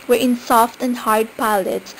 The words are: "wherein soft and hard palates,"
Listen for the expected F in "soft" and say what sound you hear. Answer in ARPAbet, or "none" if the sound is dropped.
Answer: F